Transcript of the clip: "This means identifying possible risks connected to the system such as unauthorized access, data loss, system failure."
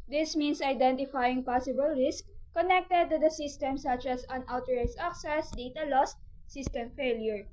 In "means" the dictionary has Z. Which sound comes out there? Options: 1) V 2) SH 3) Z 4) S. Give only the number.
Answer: 4